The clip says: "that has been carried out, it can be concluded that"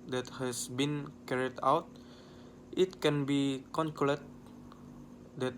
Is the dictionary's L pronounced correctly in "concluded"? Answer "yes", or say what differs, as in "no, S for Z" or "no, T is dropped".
no, L is dropped